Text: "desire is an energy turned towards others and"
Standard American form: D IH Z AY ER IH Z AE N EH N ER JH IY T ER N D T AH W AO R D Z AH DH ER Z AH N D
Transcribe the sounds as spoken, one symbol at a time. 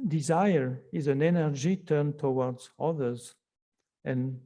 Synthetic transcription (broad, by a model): D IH Z AY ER IH Z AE N EH N ER JH IY T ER N T AH W AO R D Z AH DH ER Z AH N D